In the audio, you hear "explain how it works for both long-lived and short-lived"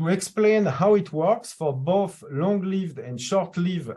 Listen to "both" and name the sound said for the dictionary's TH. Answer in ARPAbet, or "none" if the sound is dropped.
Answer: TH